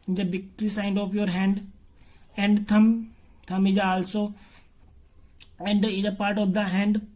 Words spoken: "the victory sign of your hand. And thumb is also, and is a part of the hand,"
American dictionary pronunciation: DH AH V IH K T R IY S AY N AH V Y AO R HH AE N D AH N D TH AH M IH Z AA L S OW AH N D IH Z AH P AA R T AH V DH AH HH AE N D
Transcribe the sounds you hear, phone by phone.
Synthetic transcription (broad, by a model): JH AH B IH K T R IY S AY N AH P Y AO R HH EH N D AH N D T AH M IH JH AA L S OW AH N D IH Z AH P AA R T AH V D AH HH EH N D